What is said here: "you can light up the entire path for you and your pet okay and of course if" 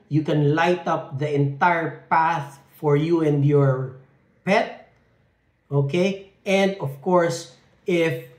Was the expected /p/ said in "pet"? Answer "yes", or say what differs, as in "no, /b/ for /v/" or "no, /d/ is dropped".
yes